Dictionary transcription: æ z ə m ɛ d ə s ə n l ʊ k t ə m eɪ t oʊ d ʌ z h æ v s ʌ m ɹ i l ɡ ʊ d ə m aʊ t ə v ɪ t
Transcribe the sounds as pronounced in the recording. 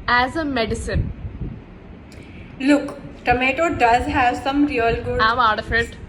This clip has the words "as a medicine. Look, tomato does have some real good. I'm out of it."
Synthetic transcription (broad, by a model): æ z ə m ɛ d ə s ə n l ʊ k t ə m eɪ t oʊ d ʌ z h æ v s ʌ m ɹ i l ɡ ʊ ə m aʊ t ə f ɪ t